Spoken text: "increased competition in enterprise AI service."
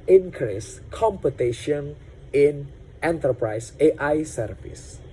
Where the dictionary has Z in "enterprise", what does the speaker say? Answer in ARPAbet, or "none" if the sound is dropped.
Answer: S